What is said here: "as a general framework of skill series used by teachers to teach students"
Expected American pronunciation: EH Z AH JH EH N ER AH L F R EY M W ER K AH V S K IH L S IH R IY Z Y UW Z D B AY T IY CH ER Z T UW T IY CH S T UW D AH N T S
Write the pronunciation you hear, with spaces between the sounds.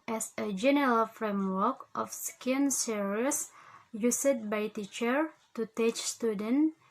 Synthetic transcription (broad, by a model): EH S AH JH EH N ER AH L F R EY M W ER K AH F S K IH N S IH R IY S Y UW S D B AY T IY CH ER T UW T IY CH S T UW D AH N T